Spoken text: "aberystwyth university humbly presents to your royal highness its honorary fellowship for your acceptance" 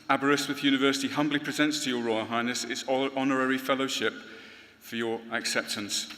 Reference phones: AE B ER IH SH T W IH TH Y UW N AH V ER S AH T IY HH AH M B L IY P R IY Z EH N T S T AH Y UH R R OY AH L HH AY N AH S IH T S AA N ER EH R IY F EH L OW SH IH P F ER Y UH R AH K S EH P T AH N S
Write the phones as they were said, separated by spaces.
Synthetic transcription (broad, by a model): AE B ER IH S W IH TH Y UW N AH V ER S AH T IY HH AH M B L IY P R IY Z EH N T S T AH Y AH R R OY AH L HH AY N AH S IH T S AA N ER EH R IY F EH L OW SH IH P F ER Y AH R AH K S EH P T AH N S